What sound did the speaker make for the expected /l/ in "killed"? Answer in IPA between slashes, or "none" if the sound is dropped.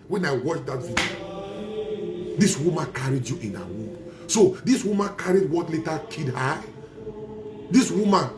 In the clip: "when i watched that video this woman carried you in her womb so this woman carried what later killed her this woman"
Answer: none